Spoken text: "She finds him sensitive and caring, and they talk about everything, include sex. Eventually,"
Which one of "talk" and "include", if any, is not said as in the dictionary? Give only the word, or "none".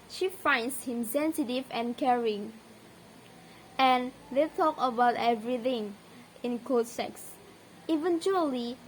include